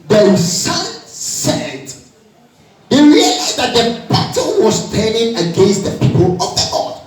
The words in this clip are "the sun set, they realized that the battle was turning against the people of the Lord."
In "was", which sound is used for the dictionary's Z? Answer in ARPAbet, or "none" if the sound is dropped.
S